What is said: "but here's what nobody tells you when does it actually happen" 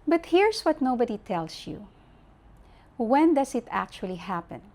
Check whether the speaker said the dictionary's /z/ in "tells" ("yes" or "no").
no